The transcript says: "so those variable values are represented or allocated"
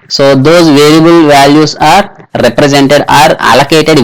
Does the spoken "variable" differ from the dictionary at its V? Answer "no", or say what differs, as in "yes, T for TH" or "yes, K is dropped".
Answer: no